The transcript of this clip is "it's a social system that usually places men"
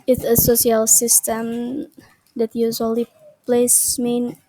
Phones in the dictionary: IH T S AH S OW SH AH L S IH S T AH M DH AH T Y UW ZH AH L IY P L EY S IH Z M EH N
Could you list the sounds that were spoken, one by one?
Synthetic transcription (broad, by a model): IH T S AH S OW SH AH L S IH S T AH M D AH T Y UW Z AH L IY P L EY S M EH N